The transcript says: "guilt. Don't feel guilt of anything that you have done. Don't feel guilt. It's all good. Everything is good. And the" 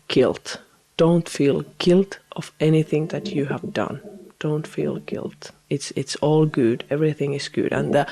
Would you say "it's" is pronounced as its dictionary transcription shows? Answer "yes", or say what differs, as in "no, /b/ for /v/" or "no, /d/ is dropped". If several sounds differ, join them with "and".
yes